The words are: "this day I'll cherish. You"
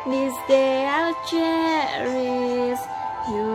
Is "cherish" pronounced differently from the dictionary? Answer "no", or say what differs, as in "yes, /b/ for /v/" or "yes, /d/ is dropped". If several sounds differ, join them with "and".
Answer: yes, /s/ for /ʃ/